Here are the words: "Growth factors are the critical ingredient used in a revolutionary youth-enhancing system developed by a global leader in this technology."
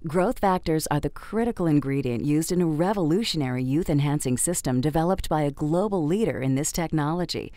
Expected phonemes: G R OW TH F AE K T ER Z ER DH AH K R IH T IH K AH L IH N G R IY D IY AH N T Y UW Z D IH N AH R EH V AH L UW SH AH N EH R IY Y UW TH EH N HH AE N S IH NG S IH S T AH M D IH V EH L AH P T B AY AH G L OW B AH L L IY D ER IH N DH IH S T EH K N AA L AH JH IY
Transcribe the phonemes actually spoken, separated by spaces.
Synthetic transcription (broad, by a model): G R OW TH F AE K T ER Z ER DH AH K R IH T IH K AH L IH N G R IY D IY AH N T Y UW Z D IH N AH R EH V AH L UW SH AH N EH R IY Y UW TH EH N HH AE N S IH NG S IH S T AH M D IH V EH L AH P T B AY AH G L OW B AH L L IY D ER IH N DH IH S T EH K N AA L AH JH IY